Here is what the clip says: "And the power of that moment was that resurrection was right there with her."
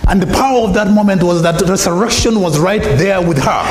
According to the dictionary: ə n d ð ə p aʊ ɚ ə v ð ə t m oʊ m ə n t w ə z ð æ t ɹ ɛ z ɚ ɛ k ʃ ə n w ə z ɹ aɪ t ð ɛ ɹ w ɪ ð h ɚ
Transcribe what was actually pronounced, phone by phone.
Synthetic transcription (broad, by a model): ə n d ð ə p aʊ ɚ ə v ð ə t m oʊ m ə n t w ə z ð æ t ɹ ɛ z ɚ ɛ k ʃ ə n w ə z ɹ aɪ t ð ɛ ɹ w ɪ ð h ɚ